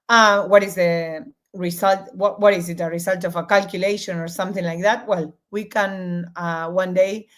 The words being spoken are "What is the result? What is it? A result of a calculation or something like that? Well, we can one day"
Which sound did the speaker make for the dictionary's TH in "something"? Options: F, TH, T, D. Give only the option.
TH